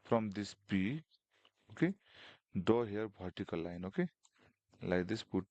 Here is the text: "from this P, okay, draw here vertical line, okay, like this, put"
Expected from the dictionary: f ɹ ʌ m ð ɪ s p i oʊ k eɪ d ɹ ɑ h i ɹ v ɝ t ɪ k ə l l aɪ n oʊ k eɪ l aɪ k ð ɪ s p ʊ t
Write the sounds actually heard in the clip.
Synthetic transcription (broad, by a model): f ɹ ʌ m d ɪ s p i oʊ k eɪ d ɑ h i ɹ b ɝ t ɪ k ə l l aɪ n oʊ k eɪ l aɪ k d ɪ s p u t